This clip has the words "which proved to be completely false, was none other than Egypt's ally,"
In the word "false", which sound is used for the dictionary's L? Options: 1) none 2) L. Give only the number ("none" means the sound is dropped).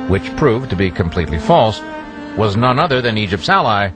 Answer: 2